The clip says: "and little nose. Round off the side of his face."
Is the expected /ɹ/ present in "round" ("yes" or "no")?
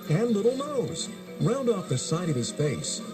yes